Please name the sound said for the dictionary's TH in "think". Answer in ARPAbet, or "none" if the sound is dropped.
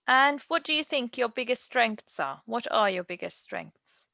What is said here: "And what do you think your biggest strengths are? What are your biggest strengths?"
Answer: TH